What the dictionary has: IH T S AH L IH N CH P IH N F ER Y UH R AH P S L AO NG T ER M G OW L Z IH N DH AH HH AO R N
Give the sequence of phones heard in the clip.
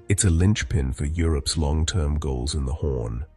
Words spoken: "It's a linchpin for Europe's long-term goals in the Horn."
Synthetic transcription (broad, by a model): IH T S AH L IH N CH P IH N F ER Y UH R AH P S L AO NG T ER M G OW L Z IH N DH AH HH AO R N